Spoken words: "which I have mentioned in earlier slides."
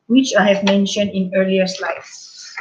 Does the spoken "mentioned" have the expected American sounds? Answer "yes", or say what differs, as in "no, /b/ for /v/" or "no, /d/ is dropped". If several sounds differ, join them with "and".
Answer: yes